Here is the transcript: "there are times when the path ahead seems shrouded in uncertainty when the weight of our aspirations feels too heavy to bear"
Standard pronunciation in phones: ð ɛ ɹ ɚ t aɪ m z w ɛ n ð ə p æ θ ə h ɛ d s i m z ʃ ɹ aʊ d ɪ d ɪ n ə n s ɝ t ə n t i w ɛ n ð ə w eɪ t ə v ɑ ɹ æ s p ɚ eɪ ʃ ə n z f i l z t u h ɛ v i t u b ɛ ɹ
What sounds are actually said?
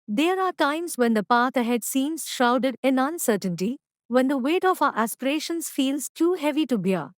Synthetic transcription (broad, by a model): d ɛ ɹ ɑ t aɪ m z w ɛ n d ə p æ t ə h ɛ d s i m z ʃ aʊ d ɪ d ɪ n ə n s ɝ t ə n t i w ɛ n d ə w eɪ t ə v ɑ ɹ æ s p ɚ eɪ ʃ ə n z f i l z t u h ɛ v i t u b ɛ